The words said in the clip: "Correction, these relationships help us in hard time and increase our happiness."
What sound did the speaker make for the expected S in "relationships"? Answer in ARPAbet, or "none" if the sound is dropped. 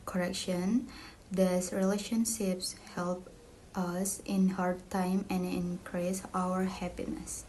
S